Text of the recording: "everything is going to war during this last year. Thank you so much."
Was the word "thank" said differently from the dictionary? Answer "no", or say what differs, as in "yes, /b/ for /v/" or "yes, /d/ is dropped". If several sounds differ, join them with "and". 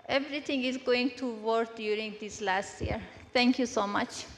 yes, /t/ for /θ/